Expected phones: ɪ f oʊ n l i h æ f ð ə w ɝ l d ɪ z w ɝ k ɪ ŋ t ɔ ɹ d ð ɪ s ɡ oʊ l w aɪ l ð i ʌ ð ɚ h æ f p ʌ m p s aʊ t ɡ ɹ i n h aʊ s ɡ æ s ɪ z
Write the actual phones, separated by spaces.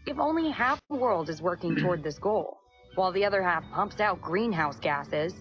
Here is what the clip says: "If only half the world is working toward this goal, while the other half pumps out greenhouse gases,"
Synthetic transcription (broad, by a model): ɪ f oʊ n l i h æ f ð ə w ɝ l d ɪ z w ɝ k ɪ ŋ t ɔ ɹ d ð ɪ s ɡ oʊ l w aɪ l ð i ʌ ð ɚ h æ f p ʌ m p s aʊ t ɡ ɹ i n h aʊ s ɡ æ s ɪ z